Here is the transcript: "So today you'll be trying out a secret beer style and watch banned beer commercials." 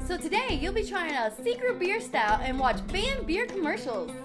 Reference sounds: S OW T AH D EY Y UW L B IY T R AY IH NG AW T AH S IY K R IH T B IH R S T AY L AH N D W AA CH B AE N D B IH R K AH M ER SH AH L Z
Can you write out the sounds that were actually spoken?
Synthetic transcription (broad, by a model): S OW T AH D EY Y UW L B IY T R AY IH NG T AH S IY K R IH T B IH R S T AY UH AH N W AA CH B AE N B IH R K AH M ER SH L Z